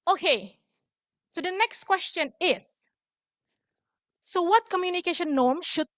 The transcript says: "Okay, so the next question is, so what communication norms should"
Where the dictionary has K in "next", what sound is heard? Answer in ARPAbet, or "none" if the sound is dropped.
K